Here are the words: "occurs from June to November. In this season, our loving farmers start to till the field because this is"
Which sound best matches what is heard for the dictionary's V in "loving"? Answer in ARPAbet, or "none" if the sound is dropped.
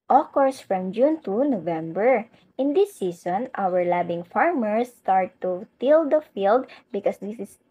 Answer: B